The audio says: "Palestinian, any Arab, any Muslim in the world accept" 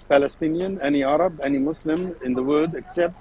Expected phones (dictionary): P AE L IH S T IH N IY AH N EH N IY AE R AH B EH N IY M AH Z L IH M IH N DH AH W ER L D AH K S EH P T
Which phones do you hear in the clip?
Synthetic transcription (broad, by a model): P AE L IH S T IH N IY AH N EH N IY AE R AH B EH N IY M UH S L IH M IH N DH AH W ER D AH K S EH P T